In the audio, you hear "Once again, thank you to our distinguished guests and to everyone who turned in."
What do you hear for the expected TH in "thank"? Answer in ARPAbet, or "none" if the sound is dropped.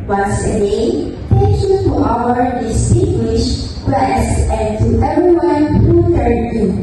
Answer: T